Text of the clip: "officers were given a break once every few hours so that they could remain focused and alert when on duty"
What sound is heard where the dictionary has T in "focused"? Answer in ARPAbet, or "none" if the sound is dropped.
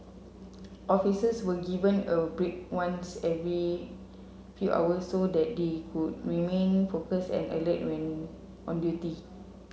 none